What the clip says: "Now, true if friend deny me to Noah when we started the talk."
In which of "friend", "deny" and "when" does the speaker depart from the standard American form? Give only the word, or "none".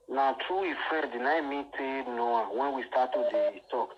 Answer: friend